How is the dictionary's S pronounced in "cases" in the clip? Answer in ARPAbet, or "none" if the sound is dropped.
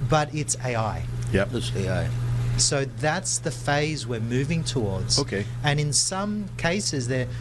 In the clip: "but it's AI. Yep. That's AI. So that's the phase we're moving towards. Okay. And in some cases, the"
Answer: S